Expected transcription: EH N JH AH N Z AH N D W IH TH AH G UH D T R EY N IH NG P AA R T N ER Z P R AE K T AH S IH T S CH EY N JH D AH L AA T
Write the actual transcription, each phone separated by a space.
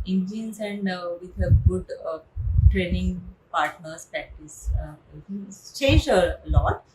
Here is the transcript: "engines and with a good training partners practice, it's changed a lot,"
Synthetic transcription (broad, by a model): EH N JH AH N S AH N D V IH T AH G UH D T R EY N IH NG P AA R T N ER S P R AE K T AH S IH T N CH EY N JH AH L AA T